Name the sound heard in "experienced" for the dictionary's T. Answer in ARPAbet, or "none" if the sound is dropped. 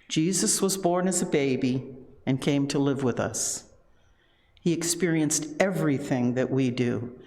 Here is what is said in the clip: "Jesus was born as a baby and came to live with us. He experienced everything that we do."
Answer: T